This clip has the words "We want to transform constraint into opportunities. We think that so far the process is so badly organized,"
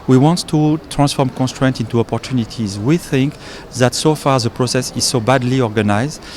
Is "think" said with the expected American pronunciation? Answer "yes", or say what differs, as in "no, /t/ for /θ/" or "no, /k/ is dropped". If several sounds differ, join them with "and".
yes